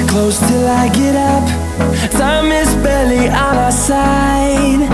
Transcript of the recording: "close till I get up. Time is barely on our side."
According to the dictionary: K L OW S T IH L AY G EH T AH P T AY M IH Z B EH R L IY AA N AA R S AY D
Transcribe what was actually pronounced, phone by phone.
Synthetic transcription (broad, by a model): K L OW S T IH L AY G EH T AH P S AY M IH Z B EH L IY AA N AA S AY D